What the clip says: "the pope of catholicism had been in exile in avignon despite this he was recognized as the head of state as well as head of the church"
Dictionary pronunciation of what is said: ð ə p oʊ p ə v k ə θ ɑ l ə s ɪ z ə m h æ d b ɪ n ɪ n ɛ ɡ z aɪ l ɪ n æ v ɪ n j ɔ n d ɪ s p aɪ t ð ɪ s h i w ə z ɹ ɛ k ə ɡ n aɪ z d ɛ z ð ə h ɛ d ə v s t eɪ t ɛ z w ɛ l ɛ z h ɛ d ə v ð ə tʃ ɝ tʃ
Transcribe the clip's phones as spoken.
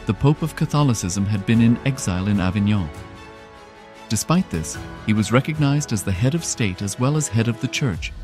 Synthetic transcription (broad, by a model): ð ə p oʊ p ə v k ə θ ɑ l ə s ɪ z ə m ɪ d b ɪ n ɪ n ɛ ɡ z aɪ l ɪ n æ v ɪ n j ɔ d ɪ s p aɪ t ð ɪ s h i w ə z ɹ ɛ k ə ɡ n aɪ z d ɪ z ð ə h ɛ d ə v s t eɪ t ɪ z w ɛ l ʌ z h ɛ d ə v ð ə tʃ ɝ tʃ